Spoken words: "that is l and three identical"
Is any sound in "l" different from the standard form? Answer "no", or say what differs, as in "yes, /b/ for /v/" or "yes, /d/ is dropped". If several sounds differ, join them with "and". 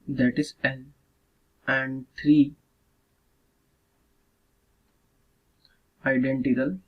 yes, /n/ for /l/